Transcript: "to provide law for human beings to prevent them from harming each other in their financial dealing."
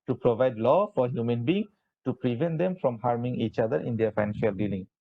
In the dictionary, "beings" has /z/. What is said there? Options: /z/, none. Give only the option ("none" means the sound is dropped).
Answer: none